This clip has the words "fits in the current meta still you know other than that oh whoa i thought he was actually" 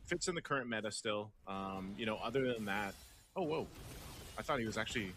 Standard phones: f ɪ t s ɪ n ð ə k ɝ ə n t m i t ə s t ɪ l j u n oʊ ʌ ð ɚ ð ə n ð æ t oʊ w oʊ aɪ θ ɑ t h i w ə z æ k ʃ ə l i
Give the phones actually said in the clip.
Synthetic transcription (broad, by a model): f ɪ t s ɪ n ð ə k ɝ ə n m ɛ t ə s t ɪ l j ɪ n oʊ ʌ ð ɚ ð ə n ð æ t oʊ w oʊ aɪ θ ɑ t h i w ə z æ k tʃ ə l i